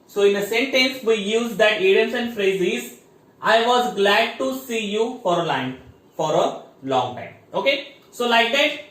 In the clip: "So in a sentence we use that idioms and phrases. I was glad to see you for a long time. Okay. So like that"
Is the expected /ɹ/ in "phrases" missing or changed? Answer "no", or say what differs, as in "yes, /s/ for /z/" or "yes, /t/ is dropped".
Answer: no